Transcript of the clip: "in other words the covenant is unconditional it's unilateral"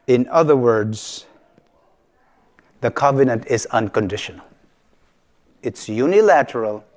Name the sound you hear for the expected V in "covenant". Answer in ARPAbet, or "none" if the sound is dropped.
V